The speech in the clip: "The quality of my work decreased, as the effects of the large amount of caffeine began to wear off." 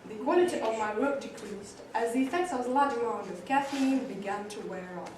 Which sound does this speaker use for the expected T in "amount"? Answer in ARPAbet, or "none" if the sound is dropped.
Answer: none